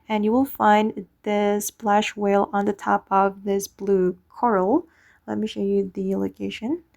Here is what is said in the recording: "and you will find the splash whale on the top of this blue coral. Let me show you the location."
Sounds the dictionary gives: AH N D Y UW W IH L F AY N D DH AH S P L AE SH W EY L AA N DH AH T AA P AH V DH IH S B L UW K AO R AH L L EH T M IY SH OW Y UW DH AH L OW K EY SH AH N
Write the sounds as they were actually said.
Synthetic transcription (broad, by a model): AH N Y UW W IH L F AY N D DH AH S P L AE SH W EY L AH N DH AH T AA P AH V DH IH S B L UW K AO R L L EH T M IY SH OW Y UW DH AH L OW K EY SH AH N